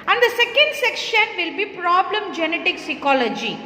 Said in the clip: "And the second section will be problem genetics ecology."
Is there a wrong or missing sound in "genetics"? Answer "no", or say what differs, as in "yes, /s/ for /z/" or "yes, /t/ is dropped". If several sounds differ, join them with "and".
no